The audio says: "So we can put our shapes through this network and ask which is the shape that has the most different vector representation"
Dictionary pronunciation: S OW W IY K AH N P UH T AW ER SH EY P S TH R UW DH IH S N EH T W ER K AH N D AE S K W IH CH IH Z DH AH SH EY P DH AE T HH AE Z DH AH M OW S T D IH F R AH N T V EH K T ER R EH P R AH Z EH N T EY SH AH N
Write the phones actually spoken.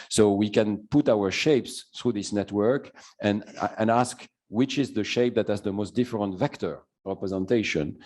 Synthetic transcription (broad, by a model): S OW W IY K AH N P UH T AW ER SH EY P S TH R UW DH IH S N EH T W ER K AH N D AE S K W IH CH IH Z DH AH SH EY P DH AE T HH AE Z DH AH M OW S T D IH F R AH N T V EH K T ER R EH P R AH Z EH N T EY SH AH N